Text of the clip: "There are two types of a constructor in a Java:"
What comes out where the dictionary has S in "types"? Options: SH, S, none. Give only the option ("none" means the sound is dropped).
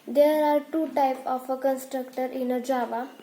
none